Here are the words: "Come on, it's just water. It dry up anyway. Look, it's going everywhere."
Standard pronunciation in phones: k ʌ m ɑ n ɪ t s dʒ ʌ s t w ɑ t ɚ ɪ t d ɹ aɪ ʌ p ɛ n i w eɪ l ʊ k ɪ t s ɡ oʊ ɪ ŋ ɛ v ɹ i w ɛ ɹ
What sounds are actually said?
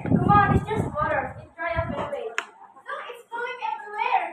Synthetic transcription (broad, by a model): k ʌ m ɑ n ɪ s dʒ ʌ s t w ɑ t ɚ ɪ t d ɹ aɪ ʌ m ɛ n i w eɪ n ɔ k ɪ t s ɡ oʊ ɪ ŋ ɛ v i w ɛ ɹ